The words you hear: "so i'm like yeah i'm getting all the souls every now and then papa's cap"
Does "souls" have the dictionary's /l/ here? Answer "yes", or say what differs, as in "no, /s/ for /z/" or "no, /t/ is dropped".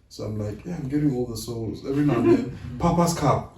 yes